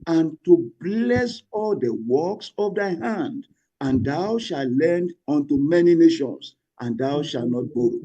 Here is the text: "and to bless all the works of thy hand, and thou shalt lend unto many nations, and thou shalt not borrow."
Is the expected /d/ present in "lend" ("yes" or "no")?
yes